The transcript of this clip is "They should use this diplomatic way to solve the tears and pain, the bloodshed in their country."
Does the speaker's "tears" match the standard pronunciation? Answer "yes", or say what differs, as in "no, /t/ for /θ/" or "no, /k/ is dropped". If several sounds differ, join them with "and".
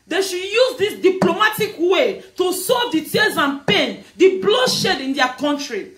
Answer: no, /l/ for /ɹ/